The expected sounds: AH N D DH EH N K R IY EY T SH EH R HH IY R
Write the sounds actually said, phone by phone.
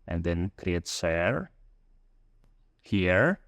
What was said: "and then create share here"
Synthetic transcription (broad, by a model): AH N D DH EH N K R IY EY T S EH R HH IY R